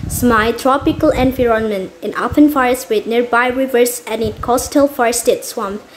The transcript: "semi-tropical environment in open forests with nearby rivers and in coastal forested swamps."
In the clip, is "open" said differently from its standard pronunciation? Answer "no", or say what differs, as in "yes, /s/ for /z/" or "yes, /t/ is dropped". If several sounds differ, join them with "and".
yes, /f/ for /p/